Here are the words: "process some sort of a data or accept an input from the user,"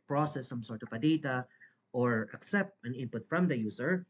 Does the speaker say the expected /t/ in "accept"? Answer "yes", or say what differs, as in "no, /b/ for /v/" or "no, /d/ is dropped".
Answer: yes